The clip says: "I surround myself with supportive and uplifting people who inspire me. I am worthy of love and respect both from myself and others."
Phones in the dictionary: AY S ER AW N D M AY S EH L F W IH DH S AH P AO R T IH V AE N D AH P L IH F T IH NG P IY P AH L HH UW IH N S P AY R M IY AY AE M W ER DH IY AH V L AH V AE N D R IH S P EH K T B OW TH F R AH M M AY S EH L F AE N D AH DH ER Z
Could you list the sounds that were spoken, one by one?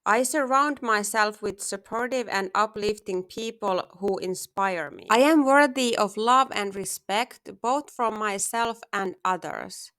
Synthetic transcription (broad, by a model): AY S ER AW N D M AY S EH L F W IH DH S AH P AO R T IH V AE N D AH P L IH F T IH NG P IY P AH L HH UW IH N S P AY R M IY AY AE M W ER DH IY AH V L AH V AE N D R IH S P EH K T B OW TH F R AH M M AY S EH L F AE N D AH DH ER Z